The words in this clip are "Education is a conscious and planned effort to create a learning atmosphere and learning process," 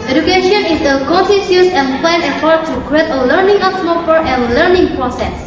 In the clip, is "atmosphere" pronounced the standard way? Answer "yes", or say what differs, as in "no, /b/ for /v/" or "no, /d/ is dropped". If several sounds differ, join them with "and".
no, /s/ is dropped